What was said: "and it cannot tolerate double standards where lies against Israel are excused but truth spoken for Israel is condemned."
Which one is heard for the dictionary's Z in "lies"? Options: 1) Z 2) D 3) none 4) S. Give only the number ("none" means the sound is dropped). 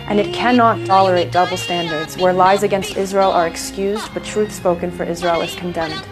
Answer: 1